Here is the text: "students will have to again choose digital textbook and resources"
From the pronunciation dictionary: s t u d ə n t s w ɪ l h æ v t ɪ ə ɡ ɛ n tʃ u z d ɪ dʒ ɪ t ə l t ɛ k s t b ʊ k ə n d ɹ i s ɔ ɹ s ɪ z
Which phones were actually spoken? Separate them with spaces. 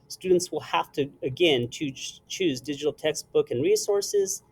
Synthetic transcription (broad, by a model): s t u d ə n t s w ɪ l h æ f t ɪ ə ɡ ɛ n tʃ u z d ɪ dʒ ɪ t l t ɛ k s t b ʊ k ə n ɹ i s ɔ ɹ s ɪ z